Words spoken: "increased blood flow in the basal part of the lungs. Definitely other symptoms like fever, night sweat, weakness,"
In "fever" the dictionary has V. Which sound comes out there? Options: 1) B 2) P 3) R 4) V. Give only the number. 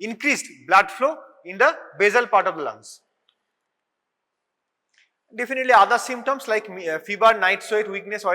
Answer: 1